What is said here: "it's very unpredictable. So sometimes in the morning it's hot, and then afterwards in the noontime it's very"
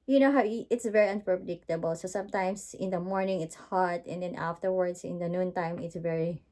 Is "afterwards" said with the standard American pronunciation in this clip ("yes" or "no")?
no